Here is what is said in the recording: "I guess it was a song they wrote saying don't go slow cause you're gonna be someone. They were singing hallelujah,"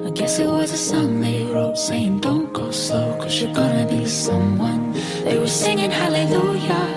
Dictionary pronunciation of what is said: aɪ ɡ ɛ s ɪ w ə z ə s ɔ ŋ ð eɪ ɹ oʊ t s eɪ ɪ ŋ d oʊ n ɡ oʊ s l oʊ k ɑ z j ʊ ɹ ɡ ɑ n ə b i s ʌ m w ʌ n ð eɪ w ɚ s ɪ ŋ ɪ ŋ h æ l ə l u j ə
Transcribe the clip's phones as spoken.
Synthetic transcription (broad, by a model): aɪ ɡ ɛ s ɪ w ə z ə s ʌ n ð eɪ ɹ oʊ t s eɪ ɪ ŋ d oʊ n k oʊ s oʊ k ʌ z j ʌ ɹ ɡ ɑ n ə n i s ʌ m w ʌ n ð eɪ w ɚ s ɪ ŋ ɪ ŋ h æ l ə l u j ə